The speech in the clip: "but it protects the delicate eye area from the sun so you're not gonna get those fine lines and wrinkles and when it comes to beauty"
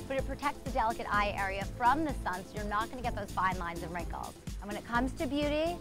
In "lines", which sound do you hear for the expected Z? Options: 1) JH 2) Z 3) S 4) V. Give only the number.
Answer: 2